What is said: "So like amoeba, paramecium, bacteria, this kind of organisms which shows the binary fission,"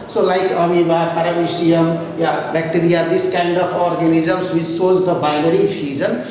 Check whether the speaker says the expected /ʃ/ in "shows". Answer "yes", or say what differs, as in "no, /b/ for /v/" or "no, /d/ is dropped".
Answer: no, /s/ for /ʃ/